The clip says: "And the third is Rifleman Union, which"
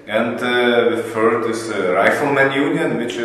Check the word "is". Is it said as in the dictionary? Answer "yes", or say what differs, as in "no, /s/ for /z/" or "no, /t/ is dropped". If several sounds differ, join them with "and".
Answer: no, /s/ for /z/